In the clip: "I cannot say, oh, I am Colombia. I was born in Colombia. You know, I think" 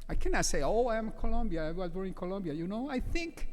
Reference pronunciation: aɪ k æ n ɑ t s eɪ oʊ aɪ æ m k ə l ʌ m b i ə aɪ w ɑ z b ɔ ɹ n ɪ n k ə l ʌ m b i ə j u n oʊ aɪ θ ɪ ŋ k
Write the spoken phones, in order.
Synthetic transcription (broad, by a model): aɪ k æ n ɑ t s eɪ oʊ aɪ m k ə l ʌ m b i ə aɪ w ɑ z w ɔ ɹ ɪ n k ə l ʌ m b i ə j u n oʊ aɪ θ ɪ ŋ k